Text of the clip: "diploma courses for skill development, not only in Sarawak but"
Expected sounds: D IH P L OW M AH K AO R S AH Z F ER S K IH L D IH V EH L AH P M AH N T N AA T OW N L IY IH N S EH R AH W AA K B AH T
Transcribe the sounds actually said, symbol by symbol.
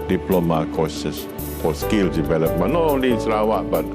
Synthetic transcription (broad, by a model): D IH P L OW M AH K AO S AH S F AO S K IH L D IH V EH L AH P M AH T N AA T OW N L IY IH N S R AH W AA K B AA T